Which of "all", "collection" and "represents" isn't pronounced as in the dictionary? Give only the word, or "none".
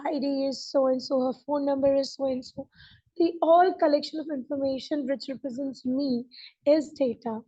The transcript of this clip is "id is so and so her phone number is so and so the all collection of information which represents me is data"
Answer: none